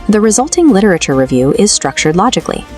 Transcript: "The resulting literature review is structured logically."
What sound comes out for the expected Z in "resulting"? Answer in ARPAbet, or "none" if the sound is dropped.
Z